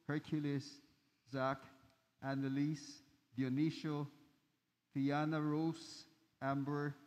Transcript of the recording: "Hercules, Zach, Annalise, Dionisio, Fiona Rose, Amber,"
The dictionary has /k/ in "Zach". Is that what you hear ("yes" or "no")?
yes